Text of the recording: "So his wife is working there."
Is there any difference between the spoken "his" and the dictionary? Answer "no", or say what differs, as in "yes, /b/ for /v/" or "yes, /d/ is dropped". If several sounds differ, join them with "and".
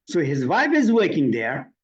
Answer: no